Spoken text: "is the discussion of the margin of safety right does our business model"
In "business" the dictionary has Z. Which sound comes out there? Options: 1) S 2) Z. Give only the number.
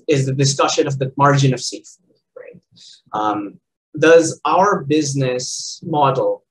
2